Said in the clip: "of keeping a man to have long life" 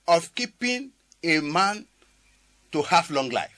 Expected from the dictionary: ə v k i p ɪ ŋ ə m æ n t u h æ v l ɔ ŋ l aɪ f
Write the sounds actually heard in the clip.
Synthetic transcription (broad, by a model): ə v k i p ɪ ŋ ə m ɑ n t u h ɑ f l ɔ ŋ l aɪ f